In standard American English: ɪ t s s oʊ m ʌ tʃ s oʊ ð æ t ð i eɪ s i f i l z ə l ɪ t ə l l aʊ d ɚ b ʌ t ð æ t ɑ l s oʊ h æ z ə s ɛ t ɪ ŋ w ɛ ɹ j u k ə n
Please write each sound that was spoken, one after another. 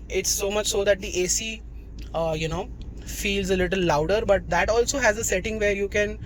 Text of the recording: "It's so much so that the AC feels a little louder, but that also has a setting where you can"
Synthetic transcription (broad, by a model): ɪ t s s oʊ m ʌ tʃ s oʊ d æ t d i eɪ s i f i l z ə l ɪ t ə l l aʊ d ɚ b ʌ t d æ t ɑ l s oʊ h æ z ə s ɛ t ɪ ŋ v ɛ ɹ j u k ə n